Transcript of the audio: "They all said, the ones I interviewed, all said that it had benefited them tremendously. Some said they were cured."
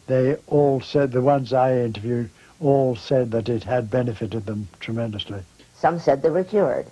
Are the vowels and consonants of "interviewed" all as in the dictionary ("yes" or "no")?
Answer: yes